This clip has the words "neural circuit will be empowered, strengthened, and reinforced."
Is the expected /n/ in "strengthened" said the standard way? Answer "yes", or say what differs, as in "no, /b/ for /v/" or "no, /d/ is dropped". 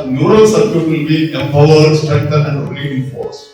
no, /n/ is dropped